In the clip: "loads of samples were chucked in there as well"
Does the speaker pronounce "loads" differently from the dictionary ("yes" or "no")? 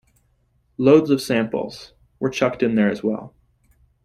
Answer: no